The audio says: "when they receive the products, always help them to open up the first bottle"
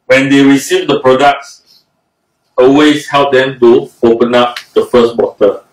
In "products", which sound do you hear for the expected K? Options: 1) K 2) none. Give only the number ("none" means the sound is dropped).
1